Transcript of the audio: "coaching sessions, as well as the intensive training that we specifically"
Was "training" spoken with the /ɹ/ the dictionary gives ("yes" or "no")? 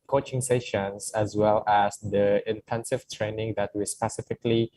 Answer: yes